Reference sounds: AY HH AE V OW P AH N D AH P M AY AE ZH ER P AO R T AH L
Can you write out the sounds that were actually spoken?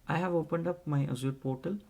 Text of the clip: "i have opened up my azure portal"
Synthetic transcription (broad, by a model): AY HH AE V OW P AH N D AH P M AY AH Z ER P AO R T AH L